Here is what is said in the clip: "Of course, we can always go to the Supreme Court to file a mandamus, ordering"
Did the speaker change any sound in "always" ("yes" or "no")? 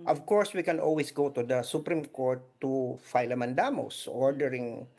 yes